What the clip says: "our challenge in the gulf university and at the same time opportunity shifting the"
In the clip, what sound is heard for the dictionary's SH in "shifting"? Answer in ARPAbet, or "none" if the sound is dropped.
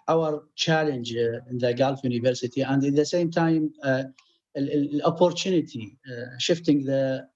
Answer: SH